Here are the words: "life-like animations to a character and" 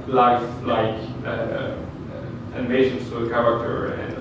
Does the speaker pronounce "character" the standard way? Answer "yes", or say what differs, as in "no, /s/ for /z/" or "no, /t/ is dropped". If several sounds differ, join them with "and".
yes